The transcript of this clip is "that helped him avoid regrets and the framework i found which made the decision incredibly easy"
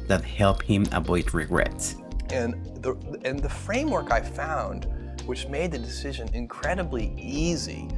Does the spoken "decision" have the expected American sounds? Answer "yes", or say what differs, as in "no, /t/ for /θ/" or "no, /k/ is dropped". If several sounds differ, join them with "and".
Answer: yes